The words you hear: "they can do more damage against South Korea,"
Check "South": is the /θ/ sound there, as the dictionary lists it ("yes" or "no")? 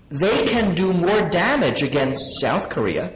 yes